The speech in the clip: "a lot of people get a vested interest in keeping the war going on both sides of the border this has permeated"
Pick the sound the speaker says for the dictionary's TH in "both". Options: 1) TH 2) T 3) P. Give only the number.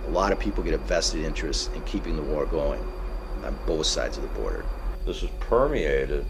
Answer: 1